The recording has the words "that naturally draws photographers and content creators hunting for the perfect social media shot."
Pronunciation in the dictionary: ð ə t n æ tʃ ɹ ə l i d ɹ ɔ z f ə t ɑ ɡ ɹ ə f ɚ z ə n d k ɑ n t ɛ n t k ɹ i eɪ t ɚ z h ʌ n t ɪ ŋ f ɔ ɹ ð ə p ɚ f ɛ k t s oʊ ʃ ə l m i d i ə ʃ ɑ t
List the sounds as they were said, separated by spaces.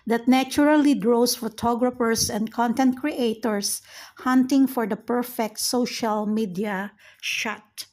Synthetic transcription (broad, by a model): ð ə t n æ tʃ ɹ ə l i d ɹ ɔ s f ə t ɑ ɡ ɹ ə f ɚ s ə n d k ɑ n t ɛ n t k ɹ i eɪ t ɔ s h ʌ n t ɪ ŋ f ɔ ɹ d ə p ɚ f ɛ k t s oʊ ʃ ə l m i d i ə ʃ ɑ t